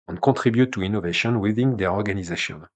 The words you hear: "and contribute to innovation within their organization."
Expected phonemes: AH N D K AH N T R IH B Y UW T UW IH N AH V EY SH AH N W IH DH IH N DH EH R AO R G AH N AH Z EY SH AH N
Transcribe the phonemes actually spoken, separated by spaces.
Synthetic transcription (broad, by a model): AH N K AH T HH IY B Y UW T UW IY N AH V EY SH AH N W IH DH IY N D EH R AO R G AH N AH Z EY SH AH N